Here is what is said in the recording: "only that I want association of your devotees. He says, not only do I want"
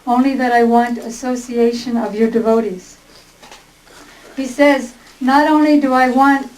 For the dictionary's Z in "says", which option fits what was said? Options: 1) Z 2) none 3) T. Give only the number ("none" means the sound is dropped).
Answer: 1